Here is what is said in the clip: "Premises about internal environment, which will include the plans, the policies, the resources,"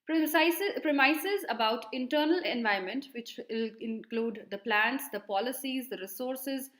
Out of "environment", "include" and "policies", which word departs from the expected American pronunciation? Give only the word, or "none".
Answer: environment